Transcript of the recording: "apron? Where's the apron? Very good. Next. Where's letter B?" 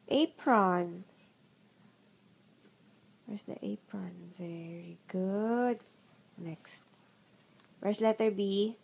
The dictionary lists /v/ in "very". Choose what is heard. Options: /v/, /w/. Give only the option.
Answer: /v/